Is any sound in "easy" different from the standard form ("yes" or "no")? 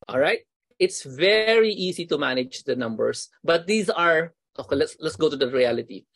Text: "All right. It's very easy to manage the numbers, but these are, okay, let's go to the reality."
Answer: yes